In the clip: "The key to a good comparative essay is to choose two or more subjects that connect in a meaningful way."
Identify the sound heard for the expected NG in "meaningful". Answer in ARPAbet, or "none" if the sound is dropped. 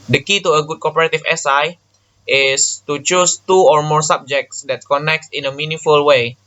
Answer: none